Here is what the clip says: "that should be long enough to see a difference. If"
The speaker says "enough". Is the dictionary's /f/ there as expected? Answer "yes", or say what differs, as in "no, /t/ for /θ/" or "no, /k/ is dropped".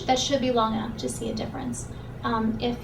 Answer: no, /p/ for /f/